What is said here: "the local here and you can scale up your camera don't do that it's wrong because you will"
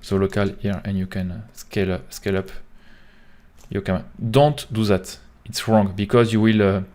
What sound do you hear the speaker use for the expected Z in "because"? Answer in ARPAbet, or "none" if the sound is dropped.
Z